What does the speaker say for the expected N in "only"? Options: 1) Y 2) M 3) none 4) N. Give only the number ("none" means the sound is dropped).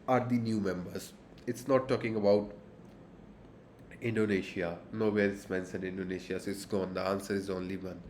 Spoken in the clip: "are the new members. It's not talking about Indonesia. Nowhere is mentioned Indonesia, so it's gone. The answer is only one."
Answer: 4